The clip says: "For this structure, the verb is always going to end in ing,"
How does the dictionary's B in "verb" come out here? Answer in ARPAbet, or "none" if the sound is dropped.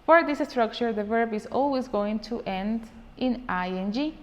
B